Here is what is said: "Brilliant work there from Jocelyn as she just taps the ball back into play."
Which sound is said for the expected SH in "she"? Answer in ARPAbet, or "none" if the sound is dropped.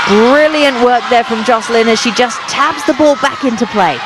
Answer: SH